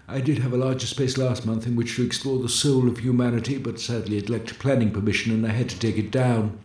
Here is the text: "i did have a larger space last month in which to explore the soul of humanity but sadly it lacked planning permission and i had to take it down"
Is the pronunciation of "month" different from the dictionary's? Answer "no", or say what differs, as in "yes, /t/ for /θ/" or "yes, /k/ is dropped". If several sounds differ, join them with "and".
no